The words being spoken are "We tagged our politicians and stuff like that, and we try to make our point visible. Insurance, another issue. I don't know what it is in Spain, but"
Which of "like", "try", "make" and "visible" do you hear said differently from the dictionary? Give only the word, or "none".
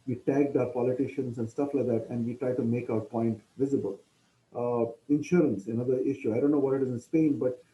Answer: none